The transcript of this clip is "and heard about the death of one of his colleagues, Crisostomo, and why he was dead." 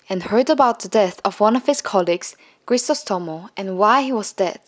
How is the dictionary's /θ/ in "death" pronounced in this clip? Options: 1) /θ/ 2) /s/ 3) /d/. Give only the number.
1